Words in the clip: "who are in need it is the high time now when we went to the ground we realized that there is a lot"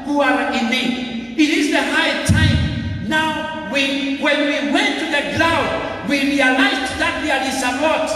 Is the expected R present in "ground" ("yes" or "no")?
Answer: no